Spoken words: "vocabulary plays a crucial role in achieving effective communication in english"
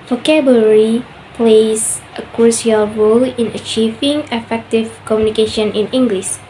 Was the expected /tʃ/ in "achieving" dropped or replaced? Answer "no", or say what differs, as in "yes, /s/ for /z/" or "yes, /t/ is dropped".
no